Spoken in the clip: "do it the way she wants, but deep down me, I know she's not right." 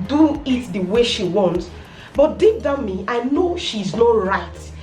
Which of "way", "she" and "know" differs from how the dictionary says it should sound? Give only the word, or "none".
none